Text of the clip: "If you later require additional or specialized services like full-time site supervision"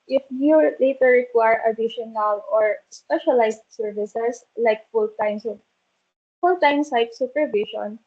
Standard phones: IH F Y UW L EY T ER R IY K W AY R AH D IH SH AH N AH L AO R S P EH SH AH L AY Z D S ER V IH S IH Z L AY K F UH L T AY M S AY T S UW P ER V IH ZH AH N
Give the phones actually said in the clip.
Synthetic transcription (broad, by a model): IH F Y UW L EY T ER R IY K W AY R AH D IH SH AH N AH L AO R S P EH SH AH L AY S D S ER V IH S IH S L AY K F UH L T AY M S AY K S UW P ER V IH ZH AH N